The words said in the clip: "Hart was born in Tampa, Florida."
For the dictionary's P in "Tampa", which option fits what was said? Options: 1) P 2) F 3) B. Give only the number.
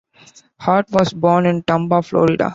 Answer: 3